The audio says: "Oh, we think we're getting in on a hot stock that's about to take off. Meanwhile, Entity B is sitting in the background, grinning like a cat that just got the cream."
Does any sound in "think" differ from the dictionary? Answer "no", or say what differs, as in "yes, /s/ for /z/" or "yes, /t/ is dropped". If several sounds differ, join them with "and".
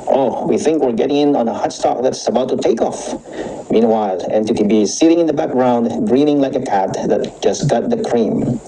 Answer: no